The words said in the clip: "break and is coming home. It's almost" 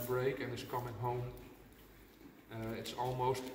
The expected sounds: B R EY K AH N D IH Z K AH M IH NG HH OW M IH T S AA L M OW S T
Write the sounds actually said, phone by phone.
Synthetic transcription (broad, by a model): B R EY K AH N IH S K AH M IH NG HH OW M IH T S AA L M OW S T